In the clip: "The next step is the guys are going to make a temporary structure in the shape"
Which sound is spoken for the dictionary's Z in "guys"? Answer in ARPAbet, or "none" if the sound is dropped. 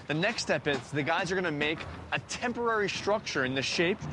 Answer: Z